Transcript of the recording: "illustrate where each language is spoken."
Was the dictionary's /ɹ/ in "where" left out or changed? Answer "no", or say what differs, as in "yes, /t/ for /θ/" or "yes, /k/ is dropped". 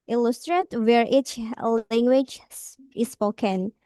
no